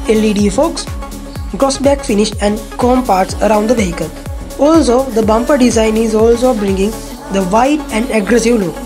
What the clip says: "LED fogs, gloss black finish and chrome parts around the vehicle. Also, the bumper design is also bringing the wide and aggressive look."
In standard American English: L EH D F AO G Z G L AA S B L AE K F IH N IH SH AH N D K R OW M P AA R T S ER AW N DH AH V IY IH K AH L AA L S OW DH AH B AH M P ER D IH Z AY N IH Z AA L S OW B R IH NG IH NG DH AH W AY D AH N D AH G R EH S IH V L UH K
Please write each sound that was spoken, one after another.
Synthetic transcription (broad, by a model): L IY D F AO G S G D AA S B AE K F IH N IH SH AH N D K OW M P AA R T S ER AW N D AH V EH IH K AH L AA L S OW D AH B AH M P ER D IH Z AY N IH Z AA L S OW B R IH NG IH NG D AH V AY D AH N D AH G R EH S IH V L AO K